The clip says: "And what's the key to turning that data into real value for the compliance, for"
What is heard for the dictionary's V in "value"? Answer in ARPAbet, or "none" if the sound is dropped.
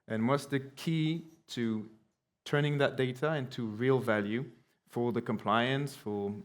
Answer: V